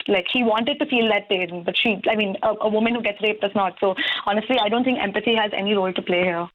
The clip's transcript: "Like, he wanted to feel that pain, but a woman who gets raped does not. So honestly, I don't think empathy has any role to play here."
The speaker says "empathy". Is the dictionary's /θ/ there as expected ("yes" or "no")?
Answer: no